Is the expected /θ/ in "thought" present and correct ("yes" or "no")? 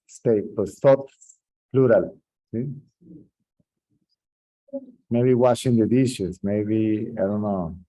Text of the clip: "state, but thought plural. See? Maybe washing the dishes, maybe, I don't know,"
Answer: no